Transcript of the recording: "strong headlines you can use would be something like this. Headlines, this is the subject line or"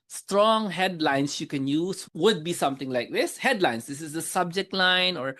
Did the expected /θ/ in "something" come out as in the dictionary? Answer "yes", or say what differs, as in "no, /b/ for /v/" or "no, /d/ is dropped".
no, /t/ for /θ/